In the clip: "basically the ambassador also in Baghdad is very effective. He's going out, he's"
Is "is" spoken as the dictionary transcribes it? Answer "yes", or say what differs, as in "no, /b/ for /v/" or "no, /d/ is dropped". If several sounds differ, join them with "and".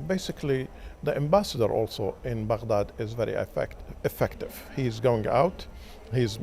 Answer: yes